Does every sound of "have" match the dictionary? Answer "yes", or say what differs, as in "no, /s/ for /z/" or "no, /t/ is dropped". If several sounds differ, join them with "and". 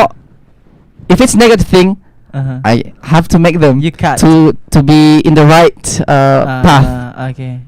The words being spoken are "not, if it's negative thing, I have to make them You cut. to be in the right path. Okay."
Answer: no, /f/ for /v/